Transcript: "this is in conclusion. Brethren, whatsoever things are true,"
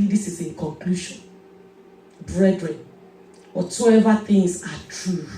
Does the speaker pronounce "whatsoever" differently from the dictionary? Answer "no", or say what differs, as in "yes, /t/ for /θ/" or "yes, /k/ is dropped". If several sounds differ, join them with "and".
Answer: yes, /s/ is dropped